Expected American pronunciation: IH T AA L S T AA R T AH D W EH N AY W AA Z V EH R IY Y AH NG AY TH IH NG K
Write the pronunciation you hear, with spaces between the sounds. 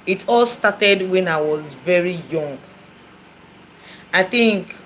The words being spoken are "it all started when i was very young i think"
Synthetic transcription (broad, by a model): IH T AA L S T AA T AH D W EH N AY W AA Z V EH R IY Y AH NG AY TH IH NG K